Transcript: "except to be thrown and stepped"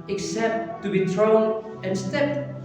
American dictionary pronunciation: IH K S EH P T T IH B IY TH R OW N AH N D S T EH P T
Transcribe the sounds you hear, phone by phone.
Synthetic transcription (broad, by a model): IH K S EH P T T IH B IY TH R OW N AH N S T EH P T